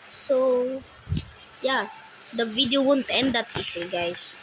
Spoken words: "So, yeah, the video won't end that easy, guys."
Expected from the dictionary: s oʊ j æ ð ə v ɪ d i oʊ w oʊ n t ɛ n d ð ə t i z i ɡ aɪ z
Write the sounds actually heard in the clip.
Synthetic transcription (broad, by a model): s oʊ j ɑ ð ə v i d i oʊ w oʊ n t ɛ n d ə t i s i ɡ aɪ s